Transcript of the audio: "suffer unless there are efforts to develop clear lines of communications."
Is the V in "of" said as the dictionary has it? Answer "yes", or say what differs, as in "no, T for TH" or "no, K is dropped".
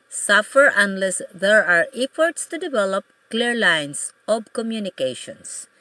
no, B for V